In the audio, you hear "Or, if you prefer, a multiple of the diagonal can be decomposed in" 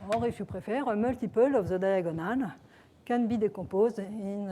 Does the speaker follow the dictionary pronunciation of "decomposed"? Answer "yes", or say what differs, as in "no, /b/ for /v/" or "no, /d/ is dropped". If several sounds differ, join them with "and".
no, /m/ is dropped and /d/ is dropped